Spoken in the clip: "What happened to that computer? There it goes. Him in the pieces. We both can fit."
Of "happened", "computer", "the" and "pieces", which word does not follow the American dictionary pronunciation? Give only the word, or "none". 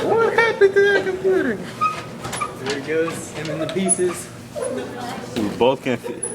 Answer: happened